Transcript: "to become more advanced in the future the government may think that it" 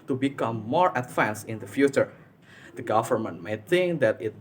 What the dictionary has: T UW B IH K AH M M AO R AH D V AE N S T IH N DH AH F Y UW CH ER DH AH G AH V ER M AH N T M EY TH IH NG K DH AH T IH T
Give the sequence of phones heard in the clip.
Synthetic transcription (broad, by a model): T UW B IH K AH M M AO R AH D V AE N S IH N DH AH F Y UW CH ER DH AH G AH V ER M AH N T M EY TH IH NG K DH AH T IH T